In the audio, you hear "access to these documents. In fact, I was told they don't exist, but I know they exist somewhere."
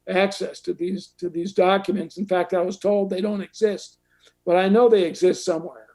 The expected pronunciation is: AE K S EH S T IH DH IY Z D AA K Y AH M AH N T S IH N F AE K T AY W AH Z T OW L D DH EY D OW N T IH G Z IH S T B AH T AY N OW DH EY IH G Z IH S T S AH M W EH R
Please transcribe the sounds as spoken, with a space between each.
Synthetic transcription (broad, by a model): AE K S EH S T IH DH IY Z D AA K Y AH M AH N T S N F AE K T AY W AH Z T OW L D DH EY D OW N T IH G Z IH S T B AH T AY N OW DH EY IH G Z IH S T S AH M W EH R